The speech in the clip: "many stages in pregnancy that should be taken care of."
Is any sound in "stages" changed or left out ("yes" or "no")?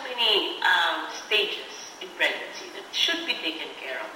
yes